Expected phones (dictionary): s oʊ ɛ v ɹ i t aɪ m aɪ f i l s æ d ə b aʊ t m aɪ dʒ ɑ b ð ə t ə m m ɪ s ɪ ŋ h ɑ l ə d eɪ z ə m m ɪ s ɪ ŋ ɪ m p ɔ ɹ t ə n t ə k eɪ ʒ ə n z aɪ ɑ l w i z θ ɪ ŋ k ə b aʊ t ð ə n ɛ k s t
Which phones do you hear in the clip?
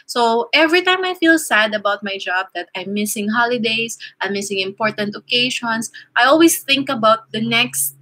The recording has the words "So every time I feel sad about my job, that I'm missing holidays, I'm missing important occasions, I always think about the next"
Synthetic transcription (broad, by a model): s oʊ ɛ v ɹ i t aɪ m aɪ f i l s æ d ə b aʊ t m aɪ dʒ ɑ b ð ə t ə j m ɪ s ɪ ŋ h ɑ l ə d eɪ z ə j m ɪ s ɪ ŋ ɪ m p ɔ ɹ t ə n t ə k eɪ ʃ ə n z aɪ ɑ l w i s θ ɪ ŋ k ə b aʊ t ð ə n ɛ k s t